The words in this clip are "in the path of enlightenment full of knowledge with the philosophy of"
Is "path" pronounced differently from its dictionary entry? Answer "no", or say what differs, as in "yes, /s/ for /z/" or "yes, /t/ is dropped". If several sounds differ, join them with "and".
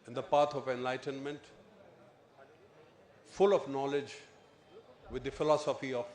yes, /t/ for /θ/